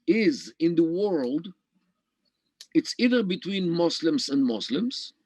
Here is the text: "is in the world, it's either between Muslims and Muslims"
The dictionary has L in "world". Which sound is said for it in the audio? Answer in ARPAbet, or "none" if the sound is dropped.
L